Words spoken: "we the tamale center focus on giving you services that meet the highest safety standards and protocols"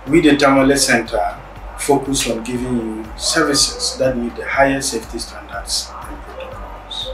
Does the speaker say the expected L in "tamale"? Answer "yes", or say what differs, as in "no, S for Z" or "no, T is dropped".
yes